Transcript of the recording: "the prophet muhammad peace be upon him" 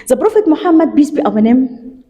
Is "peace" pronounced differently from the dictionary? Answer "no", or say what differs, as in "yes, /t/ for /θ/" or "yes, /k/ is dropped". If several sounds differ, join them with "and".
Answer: yes, /b/ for /p/